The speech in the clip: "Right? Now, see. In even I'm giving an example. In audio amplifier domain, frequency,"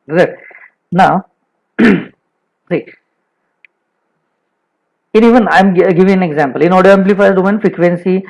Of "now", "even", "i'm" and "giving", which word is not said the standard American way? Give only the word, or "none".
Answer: none